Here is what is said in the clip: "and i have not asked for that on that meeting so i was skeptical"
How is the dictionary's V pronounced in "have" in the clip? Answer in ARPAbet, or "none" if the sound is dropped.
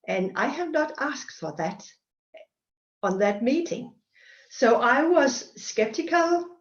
V